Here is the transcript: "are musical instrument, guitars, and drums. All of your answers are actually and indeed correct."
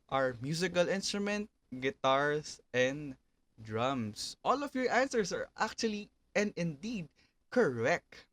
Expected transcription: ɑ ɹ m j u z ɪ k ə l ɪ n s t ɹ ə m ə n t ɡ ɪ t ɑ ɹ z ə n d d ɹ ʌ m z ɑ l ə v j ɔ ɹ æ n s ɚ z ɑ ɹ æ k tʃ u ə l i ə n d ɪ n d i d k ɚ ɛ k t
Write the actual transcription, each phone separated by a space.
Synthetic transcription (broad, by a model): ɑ ɹ m j u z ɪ k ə l ɪ n s t ɹ ə m ə n t ɡ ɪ t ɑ ɹ s ə n d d ɹ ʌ m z ɑ l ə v j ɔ ɹ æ n s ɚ s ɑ ɹ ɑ k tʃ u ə l i ə n d ɪ n d i d k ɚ ɛ k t